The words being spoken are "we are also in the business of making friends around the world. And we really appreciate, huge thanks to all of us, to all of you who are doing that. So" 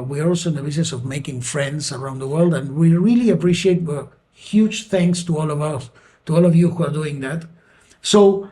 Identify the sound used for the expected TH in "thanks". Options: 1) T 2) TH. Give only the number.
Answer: 2